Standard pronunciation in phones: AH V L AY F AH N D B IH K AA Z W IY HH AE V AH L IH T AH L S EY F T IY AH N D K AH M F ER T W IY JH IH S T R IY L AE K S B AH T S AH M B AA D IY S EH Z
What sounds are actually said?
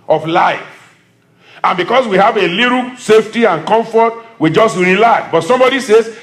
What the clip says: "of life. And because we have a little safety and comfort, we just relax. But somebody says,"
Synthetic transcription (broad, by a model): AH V L AY F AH N B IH K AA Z W IY HH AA V AH L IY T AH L S EY F T IY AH N K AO M F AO T W IY JH IH S T R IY L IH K B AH T S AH M B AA D IY S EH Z